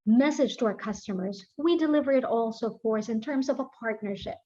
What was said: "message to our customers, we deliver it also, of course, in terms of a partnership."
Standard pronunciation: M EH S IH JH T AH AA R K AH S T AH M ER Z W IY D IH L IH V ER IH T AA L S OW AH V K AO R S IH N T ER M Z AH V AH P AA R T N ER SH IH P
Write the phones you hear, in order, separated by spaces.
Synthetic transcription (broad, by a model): M EH S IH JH T AH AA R K AH S T AH M ER Z W IY D IH L IH V ER IH T AA L S OW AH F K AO R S IH N T ER M Z AH V AH P AA R T N ER SH IH P